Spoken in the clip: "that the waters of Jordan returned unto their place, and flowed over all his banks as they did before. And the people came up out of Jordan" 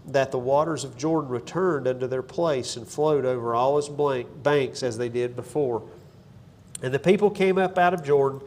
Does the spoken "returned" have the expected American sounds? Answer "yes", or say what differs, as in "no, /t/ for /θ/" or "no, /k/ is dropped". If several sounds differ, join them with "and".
yes